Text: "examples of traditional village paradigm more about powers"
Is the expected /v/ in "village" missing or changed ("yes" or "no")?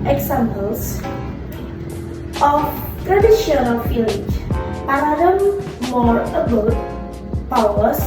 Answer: yes